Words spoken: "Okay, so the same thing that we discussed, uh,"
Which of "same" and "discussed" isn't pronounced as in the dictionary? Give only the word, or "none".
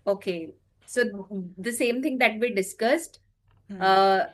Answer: none